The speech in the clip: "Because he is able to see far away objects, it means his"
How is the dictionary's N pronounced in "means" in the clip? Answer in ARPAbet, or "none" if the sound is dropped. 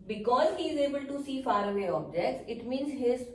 N